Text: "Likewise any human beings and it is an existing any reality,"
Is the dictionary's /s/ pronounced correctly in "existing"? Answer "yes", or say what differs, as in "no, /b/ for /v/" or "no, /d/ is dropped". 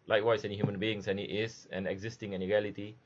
yes